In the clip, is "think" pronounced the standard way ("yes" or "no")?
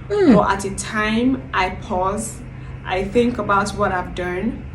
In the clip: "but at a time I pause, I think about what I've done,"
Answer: yes